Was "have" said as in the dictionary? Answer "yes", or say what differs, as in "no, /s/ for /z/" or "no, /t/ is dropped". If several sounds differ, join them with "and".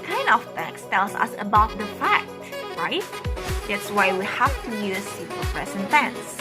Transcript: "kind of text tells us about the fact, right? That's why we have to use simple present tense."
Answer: no, /f/ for /v/